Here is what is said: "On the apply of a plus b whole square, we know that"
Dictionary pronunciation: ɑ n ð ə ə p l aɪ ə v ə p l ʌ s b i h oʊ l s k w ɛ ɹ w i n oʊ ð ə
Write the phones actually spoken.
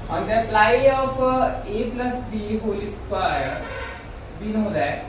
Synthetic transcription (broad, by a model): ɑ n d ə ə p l aɪ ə p ə p l ʌ s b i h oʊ l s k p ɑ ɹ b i n oʊ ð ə